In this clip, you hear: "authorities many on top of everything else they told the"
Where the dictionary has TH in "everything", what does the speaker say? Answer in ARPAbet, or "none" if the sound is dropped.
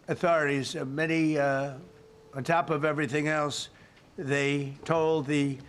TH